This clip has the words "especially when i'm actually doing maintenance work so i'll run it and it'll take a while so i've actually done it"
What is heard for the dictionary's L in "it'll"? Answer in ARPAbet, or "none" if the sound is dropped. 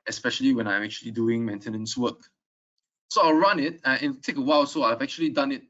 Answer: N